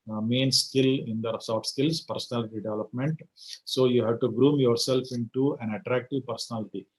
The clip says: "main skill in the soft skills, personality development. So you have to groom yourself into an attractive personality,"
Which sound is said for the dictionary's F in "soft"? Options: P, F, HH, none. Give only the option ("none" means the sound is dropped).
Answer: none